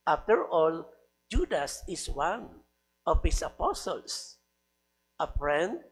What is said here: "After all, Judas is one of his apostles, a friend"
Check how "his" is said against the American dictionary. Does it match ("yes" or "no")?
no